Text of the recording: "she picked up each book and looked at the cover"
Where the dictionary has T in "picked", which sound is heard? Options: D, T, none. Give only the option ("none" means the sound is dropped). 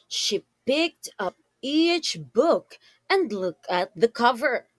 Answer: T